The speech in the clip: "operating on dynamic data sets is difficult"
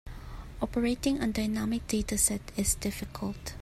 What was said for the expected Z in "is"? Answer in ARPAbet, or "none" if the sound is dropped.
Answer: S